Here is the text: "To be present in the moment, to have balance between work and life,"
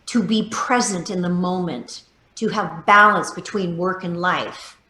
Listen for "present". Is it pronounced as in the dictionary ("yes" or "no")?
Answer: yes